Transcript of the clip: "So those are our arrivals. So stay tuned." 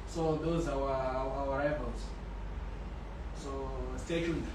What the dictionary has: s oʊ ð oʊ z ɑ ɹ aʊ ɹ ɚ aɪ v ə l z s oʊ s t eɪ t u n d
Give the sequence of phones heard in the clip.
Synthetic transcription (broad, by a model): s oʊ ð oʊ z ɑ w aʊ ɹ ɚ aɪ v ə l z s oʊ s t eɪ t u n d